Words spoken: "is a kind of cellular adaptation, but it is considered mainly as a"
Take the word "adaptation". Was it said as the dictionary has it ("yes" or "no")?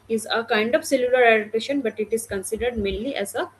no